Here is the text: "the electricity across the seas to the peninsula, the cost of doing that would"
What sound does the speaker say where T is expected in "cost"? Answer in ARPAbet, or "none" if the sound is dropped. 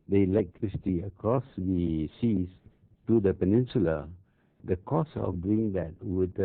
none